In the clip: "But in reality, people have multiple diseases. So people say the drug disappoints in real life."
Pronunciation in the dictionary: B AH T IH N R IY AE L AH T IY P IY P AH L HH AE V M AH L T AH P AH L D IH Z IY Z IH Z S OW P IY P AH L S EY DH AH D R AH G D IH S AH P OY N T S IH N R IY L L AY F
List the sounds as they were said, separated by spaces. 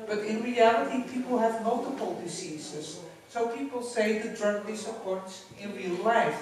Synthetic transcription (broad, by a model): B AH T IH N R IY AE L AH T IY P IY P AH L HH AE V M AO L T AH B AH L D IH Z IY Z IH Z S OW P IY P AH L S EY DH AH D R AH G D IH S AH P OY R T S IH N R IY L L AY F